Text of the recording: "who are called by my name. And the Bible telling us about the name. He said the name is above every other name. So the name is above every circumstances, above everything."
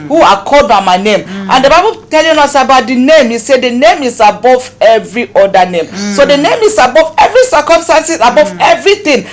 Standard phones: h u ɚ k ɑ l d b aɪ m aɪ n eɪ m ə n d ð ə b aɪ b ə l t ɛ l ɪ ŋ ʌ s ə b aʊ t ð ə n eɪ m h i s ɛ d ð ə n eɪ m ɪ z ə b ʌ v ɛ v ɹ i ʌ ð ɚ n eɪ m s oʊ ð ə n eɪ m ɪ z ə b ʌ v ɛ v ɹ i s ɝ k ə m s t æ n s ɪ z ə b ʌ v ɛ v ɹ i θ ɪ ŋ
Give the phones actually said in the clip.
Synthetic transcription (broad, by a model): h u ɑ k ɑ d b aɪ m aɪ n eɪ m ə n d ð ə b aɪ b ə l t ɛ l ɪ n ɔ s ə b aʊ t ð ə n eɪ m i s ɛ d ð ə n eɪ m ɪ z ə b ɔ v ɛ v ɹ i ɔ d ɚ n eɪ m s oʊ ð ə n eɪ m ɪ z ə b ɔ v ɛ v ɹ i s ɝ k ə m s t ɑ n s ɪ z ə b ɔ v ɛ v ɹ i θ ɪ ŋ